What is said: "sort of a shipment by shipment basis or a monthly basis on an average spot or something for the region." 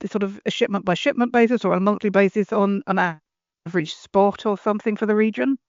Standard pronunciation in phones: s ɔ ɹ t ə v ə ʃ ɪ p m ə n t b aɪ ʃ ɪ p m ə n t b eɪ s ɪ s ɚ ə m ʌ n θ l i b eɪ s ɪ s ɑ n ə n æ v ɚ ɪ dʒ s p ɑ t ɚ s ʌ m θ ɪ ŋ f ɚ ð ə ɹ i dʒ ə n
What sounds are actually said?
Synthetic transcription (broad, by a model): s ɔ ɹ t ə v ə ʃ ɪ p m ə n b aɪ ʃ ɪ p m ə n b eɪ s ɪ s ɚ ə m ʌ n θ l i b eɪ s ɪ s n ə n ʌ v ɚ ɪ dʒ s p ɑ t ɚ s ʌ m θ ɪ ŋ f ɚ ð ə ɹ i dʒ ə n